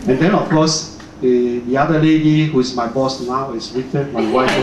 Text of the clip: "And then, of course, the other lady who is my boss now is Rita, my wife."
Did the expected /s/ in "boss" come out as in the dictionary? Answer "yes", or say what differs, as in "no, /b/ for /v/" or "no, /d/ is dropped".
yes